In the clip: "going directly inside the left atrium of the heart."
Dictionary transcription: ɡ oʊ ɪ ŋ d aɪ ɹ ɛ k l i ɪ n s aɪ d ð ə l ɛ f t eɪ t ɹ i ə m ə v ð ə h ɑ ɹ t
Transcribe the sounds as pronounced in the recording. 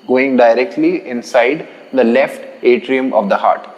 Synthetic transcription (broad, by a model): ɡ oʊ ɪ ŋ d aɪ ɹ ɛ k l i ɪ n s aɪ d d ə l ɛ f t eɪ t ɹ i ə m ə v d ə h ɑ ɹ t